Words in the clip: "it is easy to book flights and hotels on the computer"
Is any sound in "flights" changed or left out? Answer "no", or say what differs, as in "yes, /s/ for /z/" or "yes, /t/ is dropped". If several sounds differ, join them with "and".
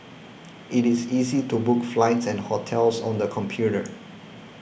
no